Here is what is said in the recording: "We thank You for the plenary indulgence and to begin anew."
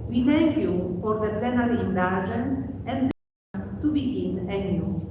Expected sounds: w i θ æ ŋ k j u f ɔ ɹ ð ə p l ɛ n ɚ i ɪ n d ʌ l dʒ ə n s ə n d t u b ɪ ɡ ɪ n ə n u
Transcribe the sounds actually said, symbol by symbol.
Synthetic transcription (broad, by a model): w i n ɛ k j u f ɔ ɹ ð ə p ɛ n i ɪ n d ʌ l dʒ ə n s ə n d t u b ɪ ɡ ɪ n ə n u